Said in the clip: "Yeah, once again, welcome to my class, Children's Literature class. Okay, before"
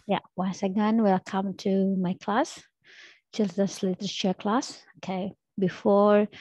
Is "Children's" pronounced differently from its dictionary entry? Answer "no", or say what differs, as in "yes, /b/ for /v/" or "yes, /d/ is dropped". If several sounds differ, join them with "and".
yes, /ɹ/ is dropped